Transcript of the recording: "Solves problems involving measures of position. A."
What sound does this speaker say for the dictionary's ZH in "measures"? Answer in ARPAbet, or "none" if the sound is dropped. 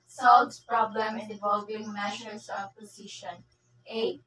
SH